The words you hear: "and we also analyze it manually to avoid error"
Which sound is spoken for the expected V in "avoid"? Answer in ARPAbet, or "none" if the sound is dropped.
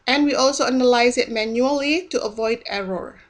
V